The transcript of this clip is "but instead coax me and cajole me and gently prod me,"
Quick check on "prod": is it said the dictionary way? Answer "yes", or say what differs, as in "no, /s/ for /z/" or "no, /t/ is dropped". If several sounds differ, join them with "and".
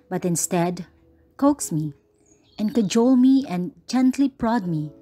yes